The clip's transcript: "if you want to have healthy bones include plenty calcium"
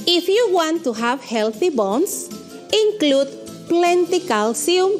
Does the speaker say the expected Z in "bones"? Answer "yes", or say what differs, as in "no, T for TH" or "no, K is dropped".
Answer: no, S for Z